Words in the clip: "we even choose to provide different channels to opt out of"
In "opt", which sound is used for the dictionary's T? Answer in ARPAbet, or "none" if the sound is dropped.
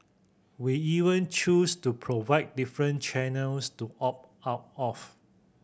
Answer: none